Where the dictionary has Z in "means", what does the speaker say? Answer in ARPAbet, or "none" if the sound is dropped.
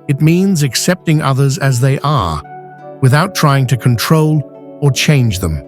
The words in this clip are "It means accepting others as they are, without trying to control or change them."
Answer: Z